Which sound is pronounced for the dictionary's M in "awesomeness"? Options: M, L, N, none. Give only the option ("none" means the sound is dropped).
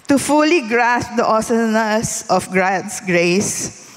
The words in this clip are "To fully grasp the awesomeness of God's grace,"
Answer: none